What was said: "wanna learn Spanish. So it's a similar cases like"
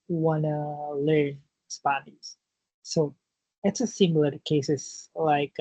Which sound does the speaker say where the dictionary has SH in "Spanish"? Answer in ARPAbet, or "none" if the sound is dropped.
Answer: S